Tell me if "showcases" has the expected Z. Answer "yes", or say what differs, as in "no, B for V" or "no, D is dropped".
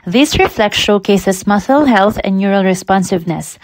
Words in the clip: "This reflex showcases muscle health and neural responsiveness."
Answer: no, S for Z